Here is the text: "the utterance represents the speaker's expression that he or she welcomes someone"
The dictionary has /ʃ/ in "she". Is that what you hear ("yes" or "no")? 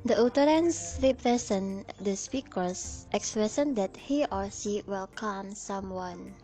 no